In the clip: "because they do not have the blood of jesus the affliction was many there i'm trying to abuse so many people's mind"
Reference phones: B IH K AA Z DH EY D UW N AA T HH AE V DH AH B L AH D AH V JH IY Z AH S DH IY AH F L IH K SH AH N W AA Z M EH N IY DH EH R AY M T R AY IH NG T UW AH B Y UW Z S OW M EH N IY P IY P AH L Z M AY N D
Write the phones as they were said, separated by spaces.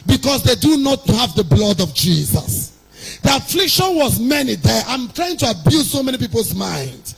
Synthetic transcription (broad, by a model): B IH K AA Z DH EY D UW N AA T HH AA V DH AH B L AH D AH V JH IY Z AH S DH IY AH F L IH K SH AH N W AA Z M EH N IY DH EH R AY M T R AY IH NG T UW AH B Y UW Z S OW M EH N IY P IY P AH L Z M AY N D